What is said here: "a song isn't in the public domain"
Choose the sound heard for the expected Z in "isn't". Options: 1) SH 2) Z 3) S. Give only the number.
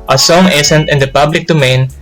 3